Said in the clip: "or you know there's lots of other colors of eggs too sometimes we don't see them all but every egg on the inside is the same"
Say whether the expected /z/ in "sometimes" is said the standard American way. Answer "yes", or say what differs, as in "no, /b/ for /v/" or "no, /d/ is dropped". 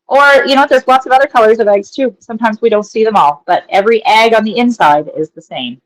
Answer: yes